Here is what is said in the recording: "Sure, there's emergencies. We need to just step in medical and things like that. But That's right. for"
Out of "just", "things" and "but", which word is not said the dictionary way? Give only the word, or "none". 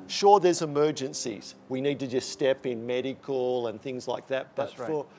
none